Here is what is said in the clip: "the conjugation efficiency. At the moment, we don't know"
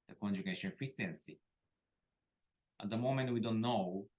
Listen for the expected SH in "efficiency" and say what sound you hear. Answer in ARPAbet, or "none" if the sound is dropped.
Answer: S